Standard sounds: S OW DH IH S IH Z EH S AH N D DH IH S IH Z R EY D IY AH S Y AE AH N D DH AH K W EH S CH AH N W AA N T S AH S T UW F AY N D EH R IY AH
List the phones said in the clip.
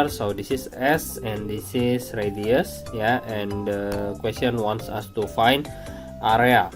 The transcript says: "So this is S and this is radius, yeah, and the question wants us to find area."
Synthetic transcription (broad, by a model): S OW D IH S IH S EH S AH N D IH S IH S R EY D IY AH S Y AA AH N D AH K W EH S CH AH N W AA N T S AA S T UW F AY N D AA R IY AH